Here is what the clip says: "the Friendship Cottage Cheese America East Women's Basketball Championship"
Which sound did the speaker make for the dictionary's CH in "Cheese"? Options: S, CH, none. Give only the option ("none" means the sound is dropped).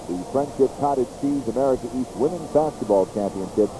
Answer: S